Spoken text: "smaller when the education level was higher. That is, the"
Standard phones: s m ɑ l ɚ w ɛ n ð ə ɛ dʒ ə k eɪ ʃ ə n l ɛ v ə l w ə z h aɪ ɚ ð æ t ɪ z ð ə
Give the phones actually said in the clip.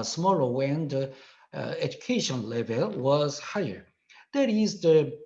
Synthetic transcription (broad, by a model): s m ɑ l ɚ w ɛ n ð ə ɛ dʒ ə k eɪ ʃ ə n l ɛ v ə l w ə z h aɪ ɚ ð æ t ɪ z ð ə